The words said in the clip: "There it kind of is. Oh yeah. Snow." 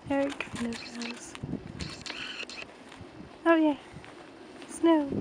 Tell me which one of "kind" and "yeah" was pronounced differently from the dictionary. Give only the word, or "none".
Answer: kind